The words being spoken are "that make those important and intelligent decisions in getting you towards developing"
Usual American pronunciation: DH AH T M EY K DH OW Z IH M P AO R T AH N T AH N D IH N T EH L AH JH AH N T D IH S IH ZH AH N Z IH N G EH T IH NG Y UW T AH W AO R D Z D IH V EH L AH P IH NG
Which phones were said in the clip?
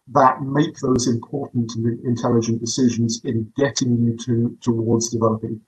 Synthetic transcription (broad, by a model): DH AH T M EY K DH OW Z IH M P AO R T N T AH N IH N T EH L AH JH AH N D IH S IH ZH AH N Z IH N G EH T IH NG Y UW T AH W AO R D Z D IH V EH L AH P IH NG